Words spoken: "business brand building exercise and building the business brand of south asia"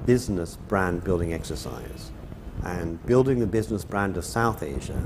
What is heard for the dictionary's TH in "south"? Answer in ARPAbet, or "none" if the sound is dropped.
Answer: TH